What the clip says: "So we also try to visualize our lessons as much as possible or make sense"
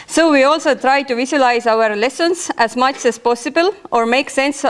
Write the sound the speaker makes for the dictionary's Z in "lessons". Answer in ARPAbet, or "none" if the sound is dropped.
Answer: S